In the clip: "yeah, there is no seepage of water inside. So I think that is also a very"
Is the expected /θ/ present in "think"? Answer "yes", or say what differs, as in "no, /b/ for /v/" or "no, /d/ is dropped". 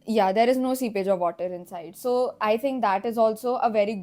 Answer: no, /t/ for /θ/